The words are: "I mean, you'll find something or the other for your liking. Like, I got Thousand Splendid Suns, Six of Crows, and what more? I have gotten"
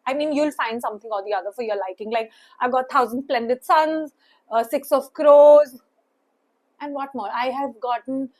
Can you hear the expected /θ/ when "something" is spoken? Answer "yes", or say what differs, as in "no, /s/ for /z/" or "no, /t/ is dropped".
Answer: no, /t/ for /θ/